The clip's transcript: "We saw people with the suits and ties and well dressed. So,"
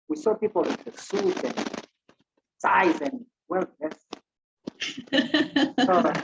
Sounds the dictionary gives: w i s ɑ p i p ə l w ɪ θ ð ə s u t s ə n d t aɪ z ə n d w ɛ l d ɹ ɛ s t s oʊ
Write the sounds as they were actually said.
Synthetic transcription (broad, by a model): w i s ɑ p i p ə l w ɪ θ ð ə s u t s ə n d s aɪ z ə n d w ɛ l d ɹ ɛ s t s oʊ